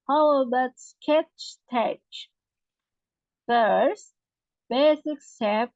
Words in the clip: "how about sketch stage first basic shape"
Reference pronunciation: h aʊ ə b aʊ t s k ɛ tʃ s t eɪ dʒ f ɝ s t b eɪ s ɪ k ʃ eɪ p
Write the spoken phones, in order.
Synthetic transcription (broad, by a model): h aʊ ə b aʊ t s k ɛ tʃ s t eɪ tʃ f ɝ s t b eɪ s ɪ k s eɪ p